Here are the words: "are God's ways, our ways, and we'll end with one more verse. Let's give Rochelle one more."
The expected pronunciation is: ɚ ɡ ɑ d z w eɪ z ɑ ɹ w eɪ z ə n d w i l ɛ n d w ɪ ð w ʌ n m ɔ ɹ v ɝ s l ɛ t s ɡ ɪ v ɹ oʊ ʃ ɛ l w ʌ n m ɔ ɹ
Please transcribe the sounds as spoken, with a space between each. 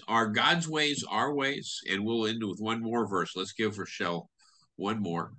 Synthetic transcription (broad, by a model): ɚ ɡ ɑ d z w eɪ z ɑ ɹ w eɪ z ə n w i l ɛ n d w ɪ ð w ʌ n m ɔ ɹ v ɝ s l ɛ t s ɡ ɪ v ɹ ʃ ɛ l w ʌ n m ɔ ɹ